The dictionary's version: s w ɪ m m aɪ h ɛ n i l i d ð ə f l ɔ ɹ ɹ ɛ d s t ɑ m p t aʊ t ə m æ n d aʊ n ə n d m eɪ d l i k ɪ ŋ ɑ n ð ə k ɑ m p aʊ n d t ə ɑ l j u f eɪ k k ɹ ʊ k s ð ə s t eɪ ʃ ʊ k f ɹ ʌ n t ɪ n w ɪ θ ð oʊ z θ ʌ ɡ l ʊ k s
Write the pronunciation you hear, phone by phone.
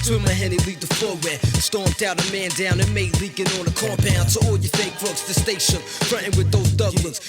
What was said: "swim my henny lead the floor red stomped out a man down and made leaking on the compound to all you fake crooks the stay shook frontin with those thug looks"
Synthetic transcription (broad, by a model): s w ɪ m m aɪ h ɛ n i l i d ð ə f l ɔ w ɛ s t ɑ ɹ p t aʊ t ə m æ n d aʊ n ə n m eɪ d l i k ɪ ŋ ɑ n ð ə k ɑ m p aʊ n t ə ɑ l j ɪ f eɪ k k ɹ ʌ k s ð ə s t eɪ ʃ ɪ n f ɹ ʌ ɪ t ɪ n w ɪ ð oʊ z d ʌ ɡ l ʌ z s